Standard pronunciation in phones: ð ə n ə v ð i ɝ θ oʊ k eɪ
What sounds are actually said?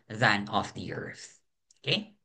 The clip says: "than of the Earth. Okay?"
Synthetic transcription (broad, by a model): ð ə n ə f ð i ɝ θ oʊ k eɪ